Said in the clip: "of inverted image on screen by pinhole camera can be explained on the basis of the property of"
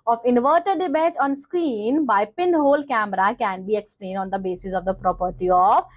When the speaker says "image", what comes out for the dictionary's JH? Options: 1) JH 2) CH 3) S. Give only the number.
2